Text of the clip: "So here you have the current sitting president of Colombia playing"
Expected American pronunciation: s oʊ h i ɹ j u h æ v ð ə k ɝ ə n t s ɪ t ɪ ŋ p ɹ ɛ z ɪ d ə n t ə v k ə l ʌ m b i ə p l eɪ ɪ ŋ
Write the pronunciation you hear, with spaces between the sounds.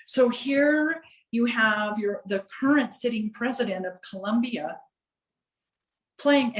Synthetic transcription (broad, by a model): s oʊ h i ɹ j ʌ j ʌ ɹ ð ə k ɝ ə n t s ɪ t ɪ ŋ p ɹ ɛ z ɪ d ə n t ə v k ə l ʌ m b i ə p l eɪ ɪ ŋ